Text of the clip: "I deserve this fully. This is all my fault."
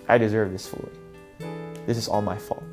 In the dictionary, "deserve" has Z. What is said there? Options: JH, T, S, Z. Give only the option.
Z